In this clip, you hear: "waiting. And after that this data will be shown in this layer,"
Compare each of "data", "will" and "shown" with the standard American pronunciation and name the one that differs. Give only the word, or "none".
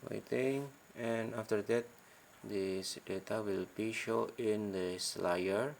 shown